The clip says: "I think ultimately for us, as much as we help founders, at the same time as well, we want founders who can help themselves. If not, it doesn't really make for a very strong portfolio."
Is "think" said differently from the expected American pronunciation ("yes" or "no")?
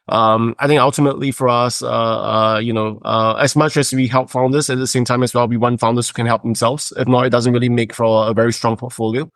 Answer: no